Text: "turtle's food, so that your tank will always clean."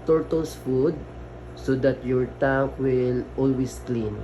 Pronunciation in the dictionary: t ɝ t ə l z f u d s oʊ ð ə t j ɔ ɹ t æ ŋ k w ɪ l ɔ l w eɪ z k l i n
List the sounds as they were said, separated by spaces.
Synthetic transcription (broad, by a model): t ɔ t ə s f u d s oʊ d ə t j ɔ ɹ t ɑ k w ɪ l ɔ l w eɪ s k l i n